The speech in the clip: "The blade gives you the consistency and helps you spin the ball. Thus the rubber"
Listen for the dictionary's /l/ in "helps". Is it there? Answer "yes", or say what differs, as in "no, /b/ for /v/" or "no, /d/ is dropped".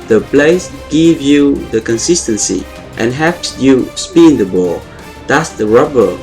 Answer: no, /l/ is dropped